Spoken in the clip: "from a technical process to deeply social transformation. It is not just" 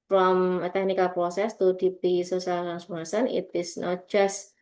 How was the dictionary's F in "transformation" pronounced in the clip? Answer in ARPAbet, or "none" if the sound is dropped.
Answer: none